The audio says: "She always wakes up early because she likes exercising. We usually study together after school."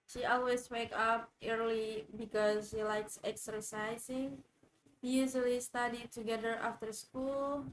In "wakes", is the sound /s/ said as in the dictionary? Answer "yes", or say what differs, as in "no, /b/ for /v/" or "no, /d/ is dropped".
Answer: no, /s/ is dropped